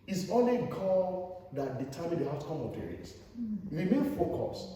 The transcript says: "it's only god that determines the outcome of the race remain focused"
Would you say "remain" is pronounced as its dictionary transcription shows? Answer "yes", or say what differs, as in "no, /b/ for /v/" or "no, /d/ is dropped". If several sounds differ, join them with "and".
no, /w/ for /ɹ/